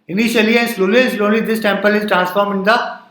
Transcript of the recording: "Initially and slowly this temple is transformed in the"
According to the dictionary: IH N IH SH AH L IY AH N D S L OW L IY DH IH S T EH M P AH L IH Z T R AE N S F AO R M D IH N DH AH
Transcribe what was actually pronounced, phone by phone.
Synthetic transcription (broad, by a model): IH N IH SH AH L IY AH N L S L OW L IY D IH S T EH M P AH L IH Z T R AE N S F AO R M IH N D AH